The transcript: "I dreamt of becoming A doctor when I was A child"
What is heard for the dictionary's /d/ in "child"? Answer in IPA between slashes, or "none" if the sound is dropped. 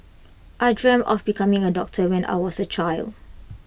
/d/